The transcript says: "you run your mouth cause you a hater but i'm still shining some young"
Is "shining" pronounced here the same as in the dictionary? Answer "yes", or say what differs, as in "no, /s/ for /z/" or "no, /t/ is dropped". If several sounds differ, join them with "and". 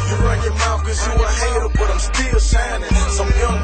no, /s/ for /ʃ/